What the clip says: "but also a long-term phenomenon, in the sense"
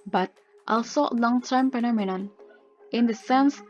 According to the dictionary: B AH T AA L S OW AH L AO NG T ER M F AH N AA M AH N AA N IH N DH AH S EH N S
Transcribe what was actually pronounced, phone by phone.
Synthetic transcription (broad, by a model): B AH T AA L S OW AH L AO NG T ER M P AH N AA M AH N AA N IH N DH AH S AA N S